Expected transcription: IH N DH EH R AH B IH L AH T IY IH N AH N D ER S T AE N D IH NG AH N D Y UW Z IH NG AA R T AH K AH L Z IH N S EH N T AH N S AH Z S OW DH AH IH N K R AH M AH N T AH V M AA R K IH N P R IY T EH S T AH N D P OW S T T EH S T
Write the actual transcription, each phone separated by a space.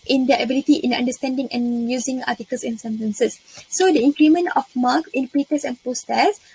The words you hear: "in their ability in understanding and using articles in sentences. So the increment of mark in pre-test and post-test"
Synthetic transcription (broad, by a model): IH N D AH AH B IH L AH T IY IH N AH N D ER S T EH N D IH NG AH N Y UW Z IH NG AA T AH K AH L S IH N S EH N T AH N S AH S OW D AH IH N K R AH M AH N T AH F M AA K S IH N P IY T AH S AH N P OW S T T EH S